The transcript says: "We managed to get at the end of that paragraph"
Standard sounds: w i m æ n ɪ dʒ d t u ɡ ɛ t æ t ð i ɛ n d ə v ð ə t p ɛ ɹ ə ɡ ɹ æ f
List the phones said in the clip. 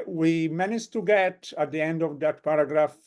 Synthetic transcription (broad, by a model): w i m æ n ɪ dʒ t u ɡ ɛ t æ t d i ɛ n d ə v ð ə t p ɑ ɹ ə ɡ ɹ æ f